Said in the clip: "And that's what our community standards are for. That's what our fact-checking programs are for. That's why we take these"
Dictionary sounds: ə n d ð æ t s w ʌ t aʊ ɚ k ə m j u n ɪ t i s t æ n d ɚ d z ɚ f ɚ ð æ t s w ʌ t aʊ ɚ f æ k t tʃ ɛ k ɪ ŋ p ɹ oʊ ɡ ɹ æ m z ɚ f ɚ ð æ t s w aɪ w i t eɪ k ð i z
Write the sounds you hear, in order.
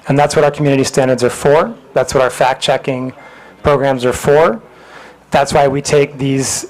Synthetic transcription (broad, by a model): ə n ð æ t s w ʌ t aʊ ɚ k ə m j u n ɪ t i s t æ n d ɚ d z ɚ f ɚ ð æ t s w ʌ t aʊ ɚ f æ k tʃ ɛ k ɪ ŋ p ɹ oʊ ɡ ɹ æ m z ɚ f ɚ ð æ t s w aɪ w i t eɪ k ð i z